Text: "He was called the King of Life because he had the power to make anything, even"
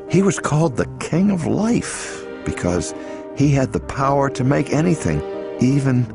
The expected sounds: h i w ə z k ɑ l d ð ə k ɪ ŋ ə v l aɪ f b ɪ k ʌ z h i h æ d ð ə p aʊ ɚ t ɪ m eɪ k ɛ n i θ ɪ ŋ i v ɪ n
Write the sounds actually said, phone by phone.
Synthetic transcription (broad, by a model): h i w ə z k ɑ l d ð ə k ɪ ŋ ə v l aɪ f b ɪ k ʌ z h i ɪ d ð ə p aʊ ɚ t ɪ m eɪ k ɛ n i θ ɪ ŋ i v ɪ n